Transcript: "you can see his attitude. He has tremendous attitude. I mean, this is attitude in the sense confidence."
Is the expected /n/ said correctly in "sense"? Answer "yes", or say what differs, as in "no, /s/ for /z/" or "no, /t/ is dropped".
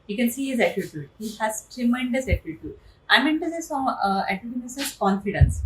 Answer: no, /n/ is dropped